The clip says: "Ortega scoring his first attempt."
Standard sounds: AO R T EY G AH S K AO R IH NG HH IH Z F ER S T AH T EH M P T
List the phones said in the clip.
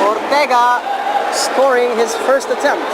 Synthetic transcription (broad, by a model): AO R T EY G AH S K AO R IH NG HH IH Z F ER S T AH T EH M P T